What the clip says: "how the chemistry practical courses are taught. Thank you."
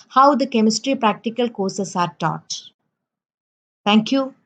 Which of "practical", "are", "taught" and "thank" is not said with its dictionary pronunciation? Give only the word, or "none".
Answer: thank